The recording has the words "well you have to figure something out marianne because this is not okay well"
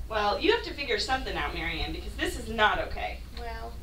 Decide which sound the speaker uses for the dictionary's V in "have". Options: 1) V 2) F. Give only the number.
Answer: 2